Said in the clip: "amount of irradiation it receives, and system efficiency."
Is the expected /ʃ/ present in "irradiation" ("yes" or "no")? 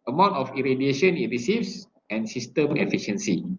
yes